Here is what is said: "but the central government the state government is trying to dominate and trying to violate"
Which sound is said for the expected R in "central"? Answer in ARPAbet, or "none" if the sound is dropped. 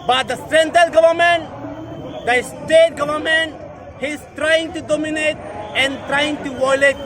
none